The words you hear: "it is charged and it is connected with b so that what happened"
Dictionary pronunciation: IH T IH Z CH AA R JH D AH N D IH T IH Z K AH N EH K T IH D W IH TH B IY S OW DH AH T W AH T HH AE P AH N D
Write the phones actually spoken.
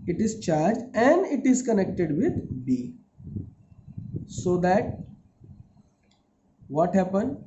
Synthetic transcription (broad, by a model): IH T IH Z CH AA R JH AH N D IH T IH Z K AH N EH K T IH D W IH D B IY S OW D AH T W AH T HH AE P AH N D